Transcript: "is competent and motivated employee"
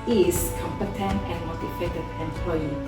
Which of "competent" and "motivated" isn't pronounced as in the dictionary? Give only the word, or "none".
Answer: motivated